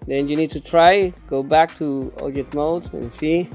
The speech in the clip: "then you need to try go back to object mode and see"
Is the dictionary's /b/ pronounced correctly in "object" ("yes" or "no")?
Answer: no